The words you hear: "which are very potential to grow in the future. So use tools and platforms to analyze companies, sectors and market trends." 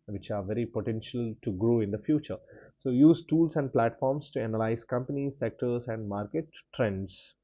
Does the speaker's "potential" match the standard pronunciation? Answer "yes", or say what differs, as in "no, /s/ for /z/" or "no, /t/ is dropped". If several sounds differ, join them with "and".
yes